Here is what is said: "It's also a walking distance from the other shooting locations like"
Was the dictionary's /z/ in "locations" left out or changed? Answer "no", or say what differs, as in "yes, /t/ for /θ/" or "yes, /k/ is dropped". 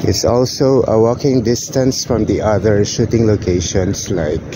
yes, /s/ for /z/